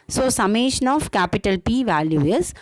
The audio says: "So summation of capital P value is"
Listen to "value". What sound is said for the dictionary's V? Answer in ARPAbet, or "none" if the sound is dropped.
V